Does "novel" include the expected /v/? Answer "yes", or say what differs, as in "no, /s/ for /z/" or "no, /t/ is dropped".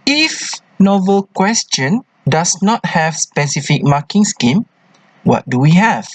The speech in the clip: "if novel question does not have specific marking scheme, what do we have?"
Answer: yes